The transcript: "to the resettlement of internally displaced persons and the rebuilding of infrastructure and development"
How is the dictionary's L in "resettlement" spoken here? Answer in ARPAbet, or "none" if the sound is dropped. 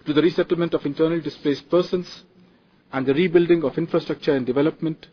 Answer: L